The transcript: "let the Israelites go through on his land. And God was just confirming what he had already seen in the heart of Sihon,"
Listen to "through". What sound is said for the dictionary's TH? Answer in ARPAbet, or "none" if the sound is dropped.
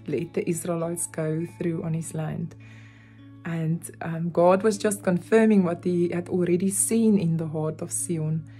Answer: TH